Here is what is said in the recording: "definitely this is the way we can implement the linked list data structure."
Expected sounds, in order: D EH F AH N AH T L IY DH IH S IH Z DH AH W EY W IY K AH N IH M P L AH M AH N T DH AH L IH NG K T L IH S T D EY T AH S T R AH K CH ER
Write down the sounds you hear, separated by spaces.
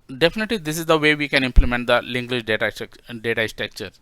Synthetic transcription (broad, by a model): D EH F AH N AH T L IY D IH S IH Z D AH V EY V IY K AH N IH M P L AH M AH N T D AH L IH NG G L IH SH T D EY T AH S T R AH K CH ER